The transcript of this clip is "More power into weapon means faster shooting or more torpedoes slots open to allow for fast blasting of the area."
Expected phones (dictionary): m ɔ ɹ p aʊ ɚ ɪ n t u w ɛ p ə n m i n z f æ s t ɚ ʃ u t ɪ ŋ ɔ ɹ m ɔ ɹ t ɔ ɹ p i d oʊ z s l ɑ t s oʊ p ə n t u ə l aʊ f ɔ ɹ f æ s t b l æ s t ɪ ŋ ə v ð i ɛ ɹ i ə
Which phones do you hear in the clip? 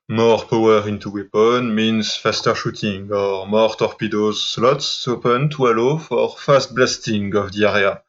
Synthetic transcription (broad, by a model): m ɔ ɹ p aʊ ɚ ɪ n t u w ɛ p ə n m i n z f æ s t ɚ ʃ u t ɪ ŋ ɔ ɹ m ɔ ɹ t ɔ ɹ p i d oʊ z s l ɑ t s oʊ p ə n t u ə l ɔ f ɔ ɹ f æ s t b l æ s t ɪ ŋ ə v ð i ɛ ɹ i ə